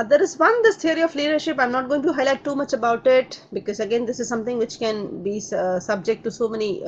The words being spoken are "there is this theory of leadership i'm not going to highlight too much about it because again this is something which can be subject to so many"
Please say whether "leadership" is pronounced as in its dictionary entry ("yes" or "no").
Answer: yes